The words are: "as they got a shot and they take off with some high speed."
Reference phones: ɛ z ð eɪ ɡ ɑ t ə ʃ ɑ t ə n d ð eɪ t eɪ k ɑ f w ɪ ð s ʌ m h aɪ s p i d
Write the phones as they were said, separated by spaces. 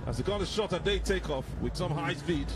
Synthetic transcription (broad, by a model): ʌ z ð eɪ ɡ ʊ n ə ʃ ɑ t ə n ð eɪ t eɪ k ɑ f w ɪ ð s ʌ m h aɪ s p i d